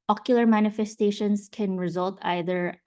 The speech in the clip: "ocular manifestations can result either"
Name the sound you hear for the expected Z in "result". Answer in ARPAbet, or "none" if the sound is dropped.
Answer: Z